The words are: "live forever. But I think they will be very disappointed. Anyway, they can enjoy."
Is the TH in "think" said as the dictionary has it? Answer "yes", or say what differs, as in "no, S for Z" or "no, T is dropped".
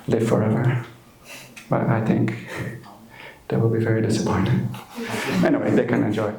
yes